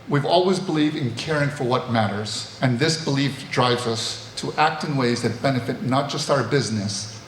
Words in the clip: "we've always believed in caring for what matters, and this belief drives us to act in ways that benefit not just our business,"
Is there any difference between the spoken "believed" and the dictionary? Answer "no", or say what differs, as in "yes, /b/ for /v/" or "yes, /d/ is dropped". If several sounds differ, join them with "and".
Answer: no